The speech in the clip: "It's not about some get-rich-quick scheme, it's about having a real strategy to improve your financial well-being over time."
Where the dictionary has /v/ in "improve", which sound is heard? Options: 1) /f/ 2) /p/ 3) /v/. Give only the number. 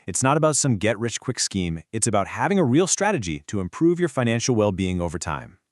3